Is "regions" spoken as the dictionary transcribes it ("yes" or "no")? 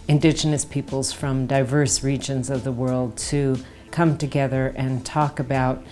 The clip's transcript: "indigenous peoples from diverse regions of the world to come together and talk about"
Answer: yes